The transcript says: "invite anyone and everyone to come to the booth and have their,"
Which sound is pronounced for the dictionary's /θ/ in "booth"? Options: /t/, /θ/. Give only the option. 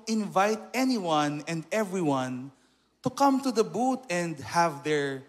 /t/